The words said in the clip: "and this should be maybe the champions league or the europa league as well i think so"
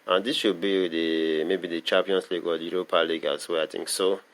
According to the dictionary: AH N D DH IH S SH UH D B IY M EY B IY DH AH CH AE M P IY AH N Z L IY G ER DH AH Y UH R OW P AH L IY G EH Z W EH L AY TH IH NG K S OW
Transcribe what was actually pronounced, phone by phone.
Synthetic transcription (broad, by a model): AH N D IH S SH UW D B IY M EY B IY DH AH CH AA M P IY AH N S L IY G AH Y UH R OW P AH L IY G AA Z W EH AY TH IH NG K S OW